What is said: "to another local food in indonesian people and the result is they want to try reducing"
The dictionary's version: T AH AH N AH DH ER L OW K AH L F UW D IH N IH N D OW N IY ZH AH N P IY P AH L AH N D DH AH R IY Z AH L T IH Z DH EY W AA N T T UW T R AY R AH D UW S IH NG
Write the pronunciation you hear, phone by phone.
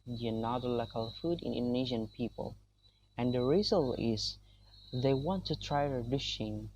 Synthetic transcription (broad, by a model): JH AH N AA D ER L OW K AH L F UW D IH N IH N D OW N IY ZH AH N P IY P AH L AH N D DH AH R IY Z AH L IH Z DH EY W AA N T T UW T R AY R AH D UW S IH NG